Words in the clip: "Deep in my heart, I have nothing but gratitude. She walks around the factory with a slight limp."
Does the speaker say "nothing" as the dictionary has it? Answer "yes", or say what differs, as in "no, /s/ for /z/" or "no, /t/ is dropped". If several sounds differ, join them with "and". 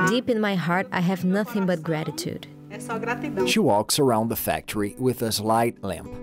yes